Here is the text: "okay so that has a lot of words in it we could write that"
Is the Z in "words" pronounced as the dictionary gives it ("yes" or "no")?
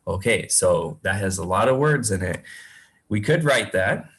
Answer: yes